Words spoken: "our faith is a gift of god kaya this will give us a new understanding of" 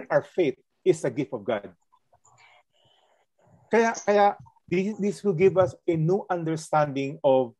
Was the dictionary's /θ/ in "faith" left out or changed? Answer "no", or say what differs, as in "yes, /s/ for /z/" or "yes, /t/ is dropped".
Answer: yes, /t/ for /θ/